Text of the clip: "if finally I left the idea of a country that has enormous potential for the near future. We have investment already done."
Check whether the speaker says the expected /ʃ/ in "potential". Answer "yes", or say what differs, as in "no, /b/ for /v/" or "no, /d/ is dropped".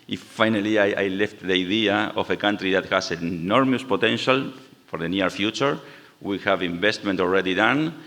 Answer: yes